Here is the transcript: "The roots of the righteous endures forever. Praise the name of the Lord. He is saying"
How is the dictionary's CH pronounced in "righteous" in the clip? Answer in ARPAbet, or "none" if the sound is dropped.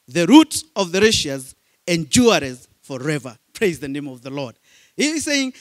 SH